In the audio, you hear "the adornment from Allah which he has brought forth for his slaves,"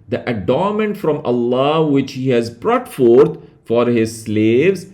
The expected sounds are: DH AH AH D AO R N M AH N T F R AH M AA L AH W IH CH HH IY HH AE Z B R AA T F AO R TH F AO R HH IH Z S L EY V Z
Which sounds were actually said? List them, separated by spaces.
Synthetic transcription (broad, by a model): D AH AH D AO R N M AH N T F R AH M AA L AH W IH CH HH IY HH AE Z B R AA T F AO R T F AO R HH IH Z S L EY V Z